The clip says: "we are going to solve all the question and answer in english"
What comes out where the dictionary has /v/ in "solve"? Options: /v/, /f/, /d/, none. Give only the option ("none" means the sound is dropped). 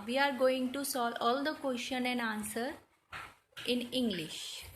none